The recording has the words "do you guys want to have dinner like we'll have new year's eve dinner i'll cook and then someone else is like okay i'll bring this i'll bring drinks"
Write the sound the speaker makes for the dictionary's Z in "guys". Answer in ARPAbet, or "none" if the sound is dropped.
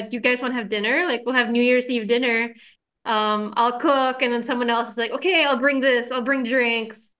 Z